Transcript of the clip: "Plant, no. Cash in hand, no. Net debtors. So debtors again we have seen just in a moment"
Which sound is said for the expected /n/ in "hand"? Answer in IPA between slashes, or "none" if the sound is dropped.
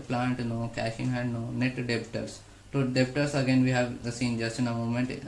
none